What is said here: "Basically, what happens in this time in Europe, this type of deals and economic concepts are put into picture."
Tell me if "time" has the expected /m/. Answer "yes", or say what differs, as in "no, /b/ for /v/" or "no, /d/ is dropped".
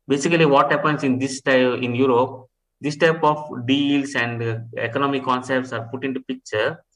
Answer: no, /m/ is dropped